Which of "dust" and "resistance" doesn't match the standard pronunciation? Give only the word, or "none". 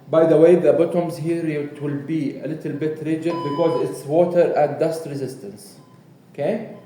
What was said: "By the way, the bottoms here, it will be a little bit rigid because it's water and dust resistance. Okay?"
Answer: none